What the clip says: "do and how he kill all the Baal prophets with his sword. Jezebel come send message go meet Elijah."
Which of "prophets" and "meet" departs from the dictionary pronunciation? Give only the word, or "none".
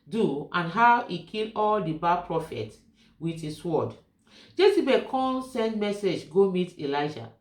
prophets